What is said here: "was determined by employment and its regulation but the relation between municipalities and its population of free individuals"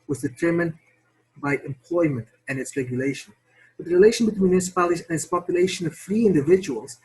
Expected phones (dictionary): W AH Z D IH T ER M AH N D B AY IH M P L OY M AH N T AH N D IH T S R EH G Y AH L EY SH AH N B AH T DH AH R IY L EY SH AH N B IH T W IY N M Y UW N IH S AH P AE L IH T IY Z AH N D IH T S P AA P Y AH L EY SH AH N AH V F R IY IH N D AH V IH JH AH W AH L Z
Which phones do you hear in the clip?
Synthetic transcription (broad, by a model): W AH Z D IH T ER M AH N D B AY IH M P L OY M AH N T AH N IH T S R EH G Y AH L EY SH AH N B AH T DH AH R IY L EY SH AH N B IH T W IY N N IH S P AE L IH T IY AH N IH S P AA P Y AH L EY SH AH N AH V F R IY IH N D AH V IH JH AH W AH L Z